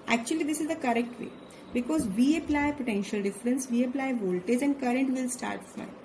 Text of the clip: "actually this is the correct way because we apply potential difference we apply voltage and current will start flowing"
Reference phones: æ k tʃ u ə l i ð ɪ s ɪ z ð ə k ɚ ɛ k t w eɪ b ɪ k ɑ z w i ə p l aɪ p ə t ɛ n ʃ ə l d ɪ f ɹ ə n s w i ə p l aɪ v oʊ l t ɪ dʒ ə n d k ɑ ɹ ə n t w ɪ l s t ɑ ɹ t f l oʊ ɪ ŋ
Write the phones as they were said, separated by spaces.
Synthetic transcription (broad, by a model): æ k tʃ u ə l i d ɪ s ɪ z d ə k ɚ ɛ k t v eɪ b ɪ k ɑ z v i ə p l aɪ p ə t ɛ n ʃ ə l d ɪ f ɹ ə n s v i ə p l aɪ v oʊ l t ɪ dʒ ə n d k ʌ ɹ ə n t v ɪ l s t ɑ ɹ t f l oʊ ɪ